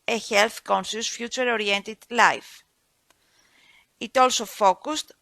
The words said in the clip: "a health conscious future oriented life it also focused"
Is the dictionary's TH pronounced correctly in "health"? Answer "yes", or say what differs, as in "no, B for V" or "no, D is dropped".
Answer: yes